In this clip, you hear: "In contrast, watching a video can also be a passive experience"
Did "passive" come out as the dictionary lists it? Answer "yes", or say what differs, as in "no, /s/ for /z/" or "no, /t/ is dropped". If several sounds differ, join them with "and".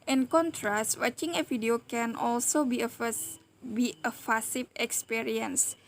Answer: no, /f/ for /p/